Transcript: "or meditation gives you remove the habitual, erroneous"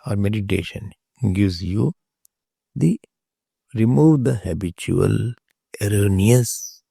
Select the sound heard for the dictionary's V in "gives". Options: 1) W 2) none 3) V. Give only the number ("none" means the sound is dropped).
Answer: 2